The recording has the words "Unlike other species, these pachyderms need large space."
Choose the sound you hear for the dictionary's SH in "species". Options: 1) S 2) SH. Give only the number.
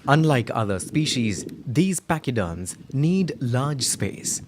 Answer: 2